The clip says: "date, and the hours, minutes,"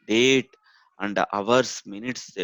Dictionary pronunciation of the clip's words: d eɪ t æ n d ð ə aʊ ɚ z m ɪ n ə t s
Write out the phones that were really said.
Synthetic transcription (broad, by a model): d eɪ t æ n d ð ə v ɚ s m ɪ n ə t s